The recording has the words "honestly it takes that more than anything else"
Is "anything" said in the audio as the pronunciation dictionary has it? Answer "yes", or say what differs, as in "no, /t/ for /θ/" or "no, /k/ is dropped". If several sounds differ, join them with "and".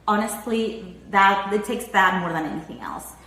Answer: yes